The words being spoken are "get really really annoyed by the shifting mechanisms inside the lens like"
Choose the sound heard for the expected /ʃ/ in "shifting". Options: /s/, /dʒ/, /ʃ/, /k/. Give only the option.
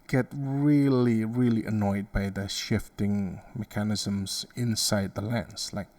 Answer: /ʃ/